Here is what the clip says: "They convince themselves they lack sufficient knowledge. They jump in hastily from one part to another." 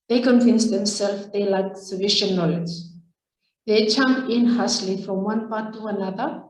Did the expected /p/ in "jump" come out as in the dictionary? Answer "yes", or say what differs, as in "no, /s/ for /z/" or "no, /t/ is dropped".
no, /p/ is dropped